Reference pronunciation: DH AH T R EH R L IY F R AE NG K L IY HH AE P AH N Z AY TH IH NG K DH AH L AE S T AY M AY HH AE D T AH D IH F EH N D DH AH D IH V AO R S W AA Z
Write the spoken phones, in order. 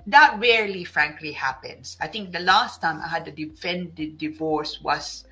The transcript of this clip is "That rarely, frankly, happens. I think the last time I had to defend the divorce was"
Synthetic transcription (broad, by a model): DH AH T R EH R L IY F R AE NG K L IY HH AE P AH N S AY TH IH NG K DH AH L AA S T AY M AY HH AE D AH D IH F EH N D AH D IH V AO R S W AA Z